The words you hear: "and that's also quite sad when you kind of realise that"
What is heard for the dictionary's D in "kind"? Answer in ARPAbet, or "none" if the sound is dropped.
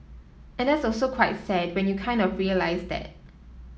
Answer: D